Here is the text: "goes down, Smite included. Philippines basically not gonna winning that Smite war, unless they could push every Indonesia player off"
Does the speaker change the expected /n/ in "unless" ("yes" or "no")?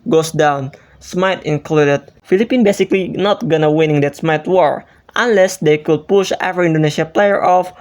no